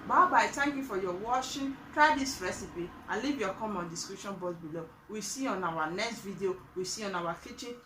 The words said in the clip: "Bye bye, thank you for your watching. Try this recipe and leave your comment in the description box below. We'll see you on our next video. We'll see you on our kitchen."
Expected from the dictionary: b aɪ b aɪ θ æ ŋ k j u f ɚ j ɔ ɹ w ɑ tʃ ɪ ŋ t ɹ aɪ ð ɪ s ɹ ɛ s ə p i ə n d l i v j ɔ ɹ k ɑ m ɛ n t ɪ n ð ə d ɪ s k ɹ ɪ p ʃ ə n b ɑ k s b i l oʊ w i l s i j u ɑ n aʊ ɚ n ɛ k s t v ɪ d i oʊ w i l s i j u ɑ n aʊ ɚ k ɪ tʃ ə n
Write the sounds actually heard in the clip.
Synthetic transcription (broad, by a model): b aɪ b aɪ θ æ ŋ k j u f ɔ j ɔ w ɑ ʃ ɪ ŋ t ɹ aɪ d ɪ s ɹ ɛ s ə p i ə l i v j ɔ k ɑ m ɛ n n d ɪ s k ɹ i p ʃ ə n b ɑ s b i l oʊ w i s i ɑ n aʊ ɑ n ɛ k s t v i d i oʊ w i s i ɑ n aʊ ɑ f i tʃ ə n